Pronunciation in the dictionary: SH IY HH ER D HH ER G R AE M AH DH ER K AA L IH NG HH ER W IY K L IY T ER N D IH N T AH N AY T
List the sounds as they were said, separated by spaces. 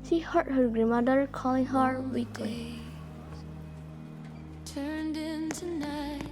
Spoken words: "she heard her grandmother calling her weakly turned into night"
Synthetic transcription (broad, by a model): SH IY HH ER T HH ER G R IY M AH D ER K AA L IH NG HH ER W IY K IY T ER N D IH N T AH N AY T